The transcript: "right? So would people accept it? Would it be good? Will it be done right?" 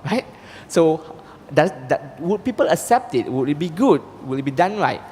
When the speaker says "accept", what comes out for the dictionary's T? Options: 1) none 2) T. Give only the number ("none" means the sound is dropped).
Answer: 2